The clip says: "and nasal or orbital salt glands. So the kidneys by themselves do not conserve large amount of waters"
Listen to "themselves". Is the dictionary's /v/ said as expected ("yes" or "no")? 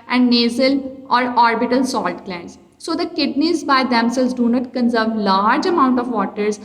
no